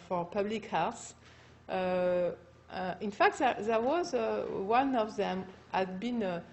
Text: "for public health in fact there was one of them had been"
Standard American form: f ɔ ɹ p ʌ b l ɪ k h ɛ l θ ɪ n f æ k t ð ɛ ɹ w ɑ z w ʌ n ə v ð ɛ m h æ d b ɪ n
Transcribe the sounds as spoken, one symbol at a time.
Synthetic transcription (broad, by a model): f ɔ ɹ p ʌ b l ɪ k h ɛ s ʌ ɪ n f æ k t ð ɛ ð w ɑ z w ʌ n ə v ð ɛ m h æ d b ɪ n